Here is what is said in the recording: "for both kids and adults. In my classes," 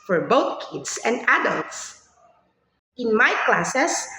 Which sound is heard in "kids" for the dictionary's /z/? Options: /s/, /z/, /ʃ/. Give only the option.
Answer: /s/